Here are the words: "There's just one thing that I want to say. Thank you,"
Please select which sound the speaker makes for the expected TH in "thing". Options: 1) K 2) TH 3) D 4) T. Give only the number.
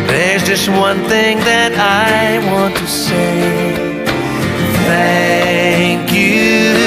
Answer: 2